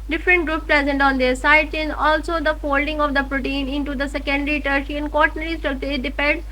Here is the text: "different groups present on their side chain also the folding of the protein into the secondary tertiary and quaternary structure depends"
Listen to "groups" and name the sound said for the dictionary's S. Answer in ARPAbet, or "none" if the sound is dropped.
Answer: none